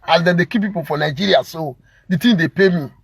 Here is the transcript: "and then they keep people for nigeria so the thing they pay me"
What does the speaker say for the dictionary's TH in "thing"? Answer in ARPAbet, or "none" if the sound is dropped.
T